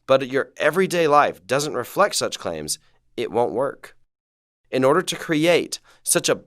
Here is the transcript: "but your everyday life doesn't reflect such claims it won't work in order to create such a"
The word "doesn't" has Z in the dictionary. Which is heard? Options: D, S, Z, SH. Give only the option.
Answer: Z